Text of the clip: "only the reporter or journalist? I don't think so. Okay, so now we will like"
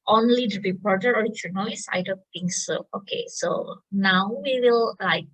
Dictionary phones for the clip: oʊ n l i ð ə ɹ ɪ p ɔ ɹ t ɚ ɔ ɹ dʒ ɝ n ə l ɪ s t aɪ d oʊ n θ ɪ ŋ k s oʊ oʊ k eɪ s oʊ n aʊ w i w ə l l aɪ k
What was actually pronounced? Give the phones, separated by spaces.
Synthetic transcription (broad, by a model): oʊ n l i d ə ɹ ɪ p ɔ ɹ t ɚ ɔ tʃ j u n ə ɪ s aɪ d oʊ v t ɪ ŋ s oʊ oʊ k eɪ s oʊ n aʊ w i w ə l l aɪ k